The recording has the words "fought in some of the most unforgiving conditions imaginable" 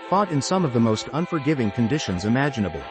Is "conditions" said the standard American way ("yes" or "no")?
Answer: yes